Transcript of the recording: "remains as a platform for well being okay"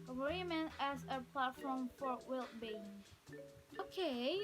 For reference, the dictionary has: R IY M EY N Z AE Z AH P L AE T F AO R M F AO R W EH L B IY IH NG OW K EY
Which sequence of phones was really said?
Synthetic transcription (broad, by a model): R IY M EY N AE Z AH P L AE T F AO R M F AO R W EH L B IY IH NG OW K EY